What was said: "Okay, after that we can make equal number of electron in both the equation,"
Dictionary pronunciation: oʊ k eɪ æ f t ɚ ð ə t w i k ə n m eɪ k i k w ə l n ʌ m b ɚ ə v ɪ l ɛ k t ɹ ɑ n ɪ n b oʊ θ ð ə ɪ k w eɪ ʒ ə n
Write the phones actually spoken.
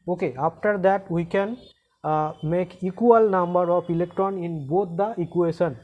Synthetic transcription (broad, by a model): oʊ k eɪ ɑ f t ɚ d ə t w i k ə n m eɪ k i k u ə l n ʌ m b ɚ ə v ɪ l ɛ k t ɹ ɑ n ɪ n b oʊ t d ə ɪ k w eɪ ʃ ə n